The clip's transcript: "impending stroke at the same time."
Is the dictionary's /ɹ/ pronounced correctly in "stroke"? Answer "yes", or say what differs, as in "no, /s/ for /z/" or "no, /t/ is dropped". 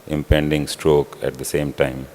yes